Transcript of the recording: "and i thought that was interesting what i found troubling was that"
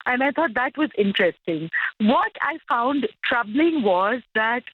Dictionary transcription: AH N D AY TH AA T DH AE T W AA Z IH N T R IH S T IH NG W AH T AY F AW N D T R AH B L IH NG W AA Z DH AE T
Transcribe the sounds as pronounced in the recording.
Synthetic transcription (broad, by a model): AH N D AY T AA T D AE T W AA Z IH N T R IH S T IH NG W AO T AY F AW N D T R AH B L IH NG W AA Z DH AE T